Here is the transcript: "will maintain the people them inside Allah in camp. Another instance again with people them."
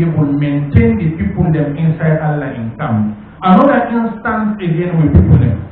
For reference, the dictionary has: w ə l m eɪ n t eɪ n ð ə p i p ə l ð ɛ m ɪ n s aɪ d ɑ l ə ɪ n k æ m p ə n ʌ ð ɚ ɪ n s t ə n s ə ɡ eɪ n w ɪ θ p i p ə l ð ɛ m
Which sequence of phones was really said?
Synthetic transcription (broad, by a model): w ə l m eɪ n t eɪ n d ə p i p ə l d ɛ m ɪ n s aɪ d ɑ l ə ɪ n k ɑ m ə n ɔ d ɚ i n s t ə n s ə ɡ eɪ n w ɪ p i p ə l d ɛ m